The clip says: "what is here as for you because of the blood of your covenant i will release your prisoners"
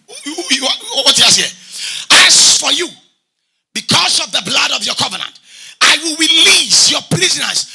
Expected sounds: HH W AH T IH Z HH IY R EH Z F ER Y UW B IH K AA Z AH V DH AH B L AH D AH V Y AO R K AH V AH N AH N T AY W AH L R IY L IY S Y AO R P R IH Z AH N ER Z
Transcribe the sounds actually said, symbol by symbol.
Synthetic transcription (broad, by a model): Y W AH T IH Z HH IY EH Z F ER Y UW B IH K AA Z AH V DH AH B L AH D AH V Y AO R K AH V AH N AH N T AY W AH L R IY L IY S Y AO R P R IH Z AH N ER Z